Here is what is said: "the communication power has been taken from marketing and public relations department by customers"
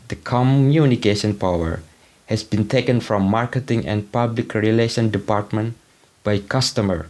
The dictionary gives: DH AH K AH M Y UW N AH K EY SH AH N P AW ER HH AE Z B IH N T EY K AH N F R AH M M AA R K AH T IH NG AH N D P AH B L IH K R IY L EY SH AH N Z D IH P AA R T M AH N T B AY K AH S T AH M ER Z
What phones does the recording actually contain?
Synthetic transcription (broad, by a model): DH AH K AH M Y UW N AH K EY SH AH N P AW ER HH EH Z B IH N T EY K AH N F R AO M M AA R K AH T IH NG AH N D P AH B L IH K R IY L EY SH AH N D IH P AA R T M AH N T B AY K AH S T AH M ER